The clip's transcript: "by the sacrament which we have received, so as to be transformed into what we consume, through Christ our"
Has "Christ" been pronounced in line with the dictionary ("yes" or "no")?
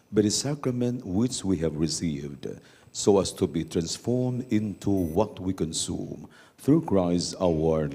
no